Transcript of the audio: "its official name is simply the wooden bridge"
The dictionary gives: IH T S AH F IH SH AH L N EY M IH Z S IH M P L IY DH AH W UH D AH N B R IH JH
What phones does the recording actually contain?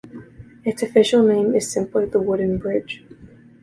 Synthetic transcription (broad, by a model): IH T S AH F IH SH AH L N EY M IH Z S IH M P L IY DH AH W UH D N B R IH JH